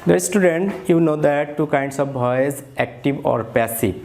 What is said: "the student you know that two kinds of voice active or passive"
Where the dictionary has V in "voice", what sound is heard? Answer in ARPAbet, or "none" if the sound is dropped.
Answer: B